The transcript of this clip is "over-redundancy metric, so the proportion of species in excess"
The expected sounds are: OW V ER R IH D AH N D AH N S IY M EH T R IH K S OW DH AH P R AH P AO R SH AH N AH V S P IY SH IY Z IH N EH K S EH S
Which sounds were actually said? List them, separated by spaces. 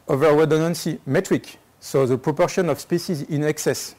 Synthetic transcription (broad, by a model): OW V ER W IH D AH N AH N S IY M EH T R IH K S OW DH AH P R AH P AO R SH AH N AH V S P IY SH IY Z IH N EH K S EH S